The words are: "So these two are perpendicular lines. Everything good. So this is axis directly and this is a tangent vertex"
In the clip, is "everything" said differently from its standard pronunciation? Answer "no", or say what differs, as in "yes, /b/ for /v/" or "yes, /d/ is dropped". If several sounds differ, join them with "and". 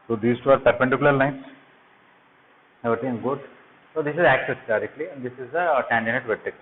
yes, /ɹ/ is dropped and /t/ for /θ/